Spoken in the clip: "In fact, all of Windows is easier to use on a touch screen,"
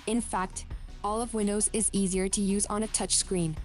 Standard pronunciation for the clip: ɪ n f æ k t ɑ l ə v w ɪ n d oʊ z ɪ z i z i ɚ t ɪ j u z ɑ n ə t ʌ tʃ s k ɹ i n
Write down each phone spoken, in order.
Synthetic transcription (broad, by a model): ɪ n f æ k t ɑ l ə v w ɪ n d oʊ z ɪ z i z i ɚ t ɪ j u z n ə t ʌ tʃ s k ɹ i n